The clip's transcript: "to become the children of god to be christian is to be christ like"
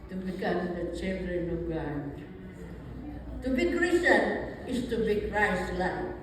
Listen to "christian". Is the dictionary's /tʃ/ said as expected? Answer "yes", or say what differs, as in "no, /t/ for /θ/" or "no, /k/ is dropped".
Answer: no, /tʃ/ is dropped